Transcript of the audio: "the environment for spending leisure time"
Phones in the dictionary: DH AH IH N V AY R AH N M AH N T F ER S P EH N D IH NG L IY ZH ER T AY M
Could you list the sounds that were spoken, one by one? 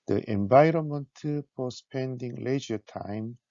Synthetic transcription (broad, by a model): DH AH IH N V AY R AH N M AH N T P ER S P EH N D IH NG L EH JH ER T AY M